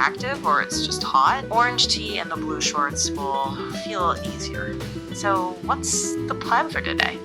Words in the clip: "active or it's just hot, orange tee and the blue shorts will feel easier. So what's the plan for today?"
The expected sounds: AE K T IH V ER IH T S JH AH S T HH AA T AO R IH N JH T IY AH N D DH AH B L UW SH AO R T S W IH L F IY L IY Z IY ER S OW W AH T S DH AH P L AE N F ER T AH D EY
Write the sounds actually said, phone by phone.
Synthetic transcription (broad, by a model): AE K T IH V ER IH T S JH AH S T HH AA T AO R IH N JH T IY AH N DH AH B L UW SH AO R T S W IH L F IY L IY Z IY ER S OW W AH T S DH AH P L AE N F ER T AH D EY